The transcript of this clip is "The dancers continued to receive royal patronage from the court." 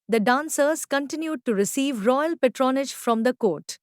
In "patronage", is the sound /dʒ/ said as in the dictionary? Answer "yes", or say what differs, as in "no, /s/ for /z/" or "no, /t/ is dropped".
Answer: yes